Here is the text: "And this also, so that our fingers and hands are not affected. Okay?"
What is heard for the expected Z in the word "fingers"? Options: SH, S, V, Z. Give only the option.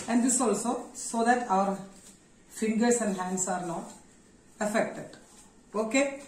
S